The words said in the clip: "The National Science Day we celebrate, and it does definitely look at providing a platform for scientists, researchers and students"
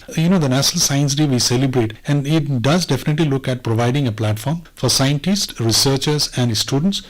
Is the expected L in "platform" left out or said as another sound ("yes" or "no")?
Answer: no